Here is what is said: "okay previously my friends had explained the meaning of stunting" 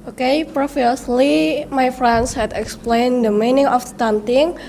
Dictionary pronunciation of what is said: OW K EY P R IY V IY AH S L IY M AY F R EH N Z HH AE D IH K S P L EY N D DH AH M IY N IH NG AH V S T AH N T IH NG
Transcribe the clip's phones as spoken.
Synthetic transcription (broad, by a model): OW K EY P R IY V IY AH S L IY M AY F R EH N S HH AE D IH K S P L EY N D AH M IY N IH NG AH F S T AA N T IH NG